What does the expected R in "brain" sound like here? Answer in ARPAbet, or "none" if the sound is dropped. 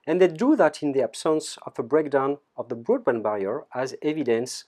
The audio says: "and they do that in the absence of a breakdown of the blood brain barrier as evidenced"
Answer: none